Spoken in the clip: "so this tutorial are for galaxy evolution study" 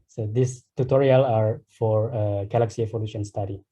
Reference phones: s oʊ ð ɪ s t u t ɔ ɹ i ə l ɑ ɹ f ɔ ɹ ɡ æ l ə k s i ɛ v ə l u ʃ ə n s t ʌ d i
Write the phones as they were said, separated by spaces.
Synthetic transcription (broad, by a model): s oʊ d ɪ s t u t ɔ ɹ i ə l ɑ ɹ f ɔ ɹ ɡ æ l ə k s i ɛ f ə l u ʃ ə n s t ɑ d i